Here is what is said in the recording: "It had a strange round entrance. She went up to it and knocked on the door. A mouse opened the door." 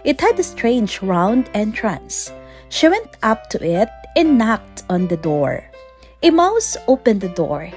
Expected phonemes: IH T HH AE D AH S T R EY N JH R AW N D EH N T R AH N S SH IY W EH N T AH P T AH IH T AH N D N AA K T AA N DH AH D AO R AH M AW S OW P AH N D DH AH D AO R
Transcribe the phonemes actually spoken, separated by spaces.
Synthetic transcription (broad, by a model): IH T HH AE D AH S T R EY N JH R AW N D EH N T R AH N S SH IY W EH N T AH P T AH IH T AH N N AA K T AA N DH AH D AO R AH M AW S OW P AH N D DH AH D AO R